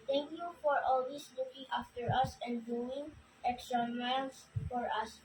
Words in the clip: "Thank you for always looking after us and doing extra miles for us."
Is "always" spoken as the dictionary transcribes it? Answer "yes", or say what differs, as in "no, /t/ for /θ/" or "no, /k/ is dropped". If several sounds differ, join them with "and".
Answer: no, /s/ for /z/